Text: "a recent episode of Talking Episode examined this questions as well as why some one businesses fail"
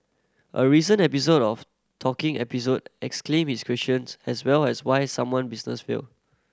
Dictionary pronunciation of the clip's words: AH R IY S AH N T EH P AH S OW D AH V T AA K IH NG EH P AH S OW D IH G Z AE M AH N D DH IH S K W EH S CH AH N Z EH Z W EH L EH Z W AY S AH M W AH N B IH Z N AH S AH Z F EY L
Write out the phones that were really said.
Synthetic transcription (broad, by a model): AH R IY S AH N EH P AH S OW D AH F T AA K IH NG EH P AH S OW D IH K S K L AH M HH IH S K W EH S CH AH N S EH S W EH L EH S W AY S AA M W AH N B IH S N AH S F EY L